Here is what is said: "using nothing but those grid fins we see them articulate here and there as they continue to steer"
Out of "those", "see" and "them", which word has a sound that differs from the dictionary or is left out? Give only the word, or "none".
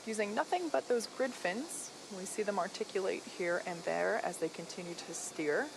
none